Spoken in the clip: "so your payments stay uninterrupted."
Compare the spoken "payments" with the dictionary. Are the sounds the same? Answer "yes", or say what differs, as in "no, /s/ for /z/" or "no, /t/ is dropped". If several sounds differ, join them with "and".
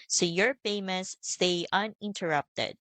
no, /f/ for /p/